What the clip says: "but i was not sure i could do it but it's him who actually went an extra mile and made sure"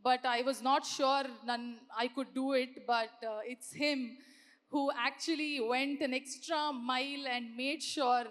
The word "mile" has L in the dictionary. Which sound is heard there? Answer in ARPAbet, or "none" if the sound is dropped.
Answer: L